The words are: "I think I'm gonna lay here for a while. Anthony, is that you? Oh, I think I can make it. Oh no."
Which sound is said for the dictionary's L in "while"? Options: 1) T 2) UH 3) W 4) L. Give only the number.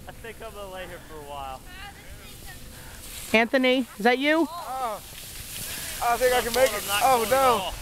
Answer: 4